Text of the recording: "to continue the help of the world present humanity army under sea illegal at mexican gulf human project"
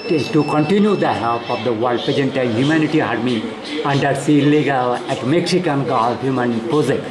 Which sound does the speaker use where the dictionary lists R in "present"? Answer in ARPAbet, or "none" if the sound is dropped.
none